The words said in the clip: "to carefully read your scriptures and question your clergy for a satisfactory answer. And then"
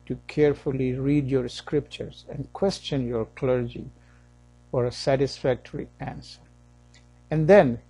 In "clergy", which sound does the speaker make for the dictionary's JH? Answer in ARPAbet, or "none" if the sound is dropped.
JH